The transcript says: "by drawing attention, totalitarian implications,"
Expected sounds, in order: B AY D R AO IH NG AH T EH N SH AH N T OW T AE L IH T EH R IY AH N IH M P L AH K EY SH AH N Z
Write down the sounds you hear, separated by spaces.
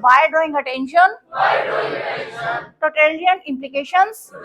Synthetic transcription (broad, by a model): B AY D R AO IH NG AH T EH N SH AH N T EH T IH T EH L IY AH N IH M P L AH K EY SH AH N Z